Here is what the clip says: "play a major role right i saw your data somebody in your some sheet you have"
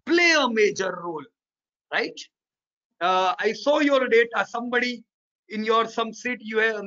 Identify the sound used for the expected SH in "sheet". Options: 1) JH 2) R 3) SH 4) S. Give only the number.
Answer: 4